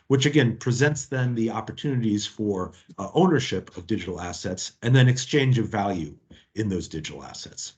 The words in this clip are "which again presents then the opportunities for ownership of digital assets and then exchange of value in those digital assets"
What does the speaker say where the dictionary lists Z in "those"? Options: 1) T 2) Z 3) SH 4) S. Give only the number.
2